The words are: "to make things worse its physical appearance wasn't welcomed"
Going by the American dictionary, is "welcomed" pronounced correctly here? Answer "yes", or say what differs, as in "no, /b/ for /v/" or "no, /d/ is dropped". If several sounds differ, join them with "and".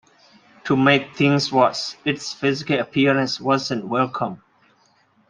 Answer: no, /d/ is dropped